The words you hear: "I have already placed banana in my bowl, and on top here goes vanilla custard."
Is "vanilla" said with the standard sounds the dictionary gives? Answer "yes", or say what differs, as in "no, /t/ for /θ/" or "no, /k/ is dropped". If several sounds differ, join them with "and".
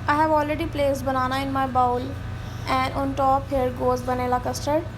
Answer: no, /b/ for /v/